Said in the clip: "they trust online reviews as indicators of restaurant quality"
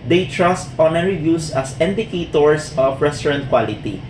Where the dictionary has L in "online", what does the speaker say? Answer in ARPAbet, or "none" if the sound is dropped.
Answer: none